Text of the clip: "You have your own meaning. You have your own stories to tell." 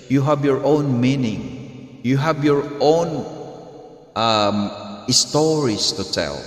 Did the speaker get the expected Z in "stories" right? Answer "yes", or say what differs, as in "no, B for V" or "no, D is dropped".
no, S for Z